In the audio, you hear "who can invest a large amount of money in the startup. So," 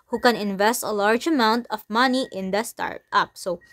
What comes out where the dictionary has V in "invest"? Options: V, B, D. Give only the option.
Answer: V